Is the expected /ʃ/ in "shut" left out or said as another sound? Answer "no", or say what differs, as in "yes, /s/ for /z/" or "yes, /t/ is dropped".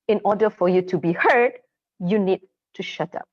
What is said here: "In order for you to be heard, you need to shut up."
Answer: no